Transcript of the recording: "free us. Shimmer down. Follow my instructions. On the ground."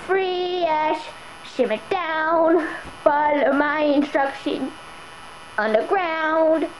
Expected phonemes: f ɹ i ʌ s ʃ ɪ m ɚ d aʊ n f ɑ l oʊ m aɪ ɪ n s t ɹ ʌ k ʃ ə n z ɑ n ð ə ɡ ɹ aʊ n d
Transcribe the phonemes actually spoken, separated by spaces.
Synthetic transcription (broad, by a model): f ɹ i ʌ ʃ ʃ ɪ m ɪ d aʊ n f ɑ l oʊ m aɪ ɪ n s t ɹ ʌ k ʃ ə n ʌ n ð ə ɡ ɹ aʊ n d